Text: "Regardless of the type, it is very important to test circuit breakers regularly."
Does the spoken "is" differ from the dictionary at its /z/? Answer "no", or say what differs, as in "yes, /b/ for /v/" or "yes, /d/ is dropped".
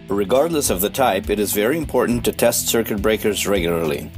no